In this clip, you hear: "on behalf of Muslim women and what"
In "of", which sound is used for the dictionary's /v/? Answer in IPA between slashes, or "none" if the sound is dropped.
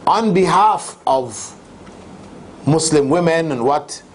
/v/